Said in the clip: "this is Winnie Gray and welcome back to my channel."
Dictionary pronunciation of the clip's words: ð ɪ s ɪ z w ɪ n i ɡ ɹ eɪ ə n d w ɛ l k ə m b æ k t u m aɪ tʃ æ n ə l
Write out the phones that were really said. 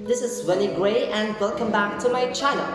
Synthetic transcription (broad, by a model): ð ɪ s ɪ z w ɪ l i ɡ ɹ eɪ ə n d w ɛ l k ə m b æ k t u m aɪ tʃ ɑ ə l